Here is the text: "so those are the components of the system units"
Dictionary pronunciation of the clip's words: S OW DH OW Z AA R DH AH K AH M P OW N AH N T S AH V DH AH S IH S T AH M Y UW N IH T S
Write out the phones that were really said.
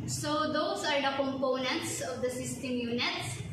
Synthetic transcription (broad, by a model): S OW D OW S AA R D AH K AH M P OW N AH N T S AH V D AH S IH S T AH M Y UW N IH T S